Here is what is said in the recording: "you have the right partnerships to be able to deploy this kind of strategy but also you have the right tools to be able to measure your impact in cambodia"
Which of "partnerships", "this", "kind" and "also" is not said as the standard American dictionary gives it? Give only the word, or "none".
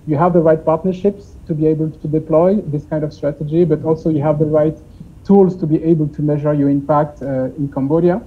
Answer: none